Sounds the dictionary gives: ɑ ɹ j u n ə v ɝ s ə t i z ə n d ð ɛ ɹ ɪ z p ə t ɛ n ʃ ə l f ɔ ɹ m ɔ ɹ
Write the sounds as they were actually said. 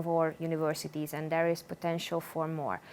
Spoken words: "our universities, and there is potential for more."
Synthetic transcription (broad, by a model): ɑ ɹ j u n ə v ɝ s ə t i z ə n d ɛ ɹ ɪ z p ə t ɛ n ʃ ə l f ɔ ɹ m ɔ ɹ